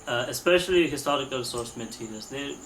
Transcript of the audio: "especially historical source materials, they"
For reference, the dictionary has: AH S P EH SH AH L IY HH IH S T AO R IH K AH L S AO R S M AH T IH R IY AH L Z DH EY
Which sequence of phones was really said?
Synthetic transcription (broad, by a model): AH S P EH SH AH L IY HH IH S T AO R IH K AH L S AO R S M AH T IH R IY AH Z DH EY